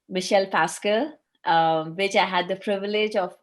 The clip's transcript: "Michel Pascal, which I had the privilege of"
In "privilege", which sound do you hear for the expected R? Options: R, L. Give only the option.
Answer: R